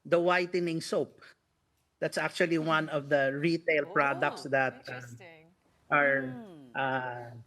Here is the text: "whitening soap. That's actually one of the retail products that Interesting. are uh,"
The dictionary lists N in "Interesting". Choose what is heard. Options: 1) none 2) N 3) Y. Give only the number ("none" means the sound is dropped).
1